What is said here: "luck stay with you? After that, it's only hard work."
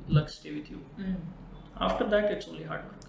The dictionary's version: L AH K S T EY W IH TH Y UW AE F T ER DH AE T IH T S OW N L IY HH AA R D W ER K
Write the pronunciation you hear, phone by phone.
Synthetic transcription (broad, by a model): L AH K S T EY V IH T Y UW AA F T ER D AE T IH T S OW L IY HH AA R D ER